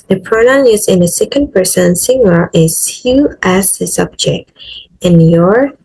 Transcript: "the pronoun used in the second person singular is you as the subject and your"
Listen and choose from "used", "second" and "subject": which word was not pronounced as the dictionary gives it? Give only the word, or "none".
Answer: used